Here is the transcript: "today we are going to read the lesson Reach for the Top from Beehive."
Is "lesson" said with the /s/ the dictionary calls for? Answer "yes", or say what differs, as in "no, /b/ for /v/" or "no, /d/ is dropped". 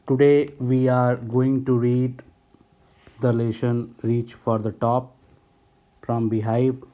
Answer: no, /ʃ/ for /s/